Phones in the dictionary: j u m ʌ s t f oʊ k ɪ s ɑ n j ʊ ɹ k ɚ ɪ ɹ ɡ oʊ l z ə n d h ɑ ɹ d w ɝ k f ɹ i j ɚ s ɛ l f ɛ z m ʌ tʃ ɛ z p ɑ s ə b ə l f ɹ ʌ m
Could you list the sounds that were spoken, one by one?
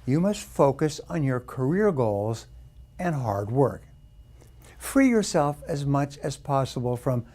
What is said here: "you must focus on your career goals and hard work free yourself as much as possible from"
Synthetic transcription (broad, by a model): j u m ʌ s t f oʊ k ɪ s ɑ n j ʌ ɹ k ɚ ɪ ɹ ɡ oʊ l z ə n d h ɑ ɹ d w ɝ k f ɹ i j ɚ s ɛ l f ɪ z m ʌ tʃ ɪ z p ɑ s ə b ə l f ɹ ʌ m